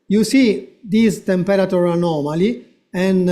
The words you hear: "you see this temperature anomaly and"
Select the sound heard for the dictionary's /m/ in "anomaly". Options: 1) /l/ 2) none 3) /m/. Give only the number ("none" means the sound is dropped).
3